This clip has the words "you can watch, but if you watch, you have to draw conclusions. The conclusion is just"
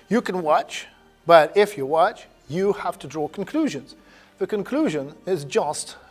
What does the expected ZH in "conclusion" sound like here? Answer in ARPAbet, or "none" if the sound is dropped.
ZH